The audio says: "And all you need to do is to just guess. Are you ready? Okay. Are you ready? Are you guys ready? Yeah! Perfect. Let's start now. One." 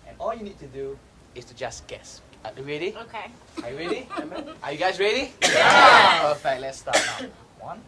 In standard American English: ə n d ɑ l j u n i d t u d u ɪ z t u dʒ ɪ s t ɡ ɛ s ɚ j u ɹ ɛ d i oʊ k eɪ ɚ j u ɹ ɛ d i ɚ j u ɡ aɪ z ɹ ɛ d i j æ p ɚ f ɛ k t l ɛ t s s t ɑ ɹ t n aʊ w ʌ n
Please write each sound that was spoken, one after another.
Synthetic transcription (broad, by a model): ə n ɑ l j u n i d t u d u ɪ s t u dʒ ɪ s ɡ ɛ s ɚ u ɹ ɛ d i oʊ k eɪ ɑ j u ɹ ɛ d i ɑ j u ɡ aɪ s ɹ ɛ d i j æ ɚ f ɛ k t l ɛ t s s t ɑ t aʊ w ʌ n